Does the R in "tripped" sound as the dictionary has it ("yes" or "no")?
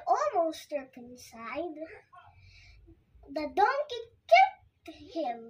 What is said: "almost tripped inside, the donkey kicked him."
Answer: no